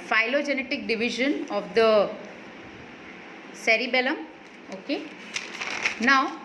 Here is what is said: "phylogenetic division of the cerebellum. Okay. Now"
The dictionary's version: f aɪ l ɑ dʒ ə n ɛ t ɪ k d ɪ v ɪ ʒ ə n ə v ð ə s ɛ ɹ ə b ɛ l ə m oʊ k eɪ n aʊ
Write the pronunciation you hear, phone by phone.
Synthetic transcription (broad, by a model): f aɪ l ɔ dʒ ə n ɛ t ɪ k d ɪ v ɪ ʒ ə n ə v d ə s ɛ ɹ ə b ɛ l ə m oʊ k eɪ n aʊ